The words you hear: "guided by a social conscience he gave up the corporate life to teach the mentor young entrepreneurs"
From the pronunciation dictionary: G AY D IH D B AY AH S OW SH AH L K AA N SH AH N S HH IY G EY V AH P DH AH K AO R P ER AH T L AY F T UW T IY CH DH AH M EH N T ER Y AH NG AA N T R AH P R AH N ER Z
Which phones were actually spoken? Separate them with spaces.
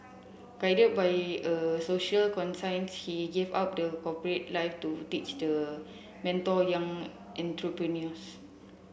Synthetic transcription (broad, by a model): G AY D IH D B AY AH S OW SH AH L K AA N S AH N S HH IY G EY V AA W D AH K AO P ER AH T L AY F T UW T IY CH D AH M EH N T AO Y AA NG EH N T R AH P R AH N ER S